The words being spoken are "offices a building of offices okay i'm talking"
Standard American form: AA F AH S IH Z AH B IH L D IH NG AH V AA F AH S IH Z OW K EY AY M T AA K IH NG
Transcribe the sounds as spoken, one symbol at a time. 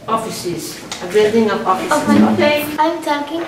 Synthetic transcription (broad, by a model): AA F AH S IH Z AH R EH D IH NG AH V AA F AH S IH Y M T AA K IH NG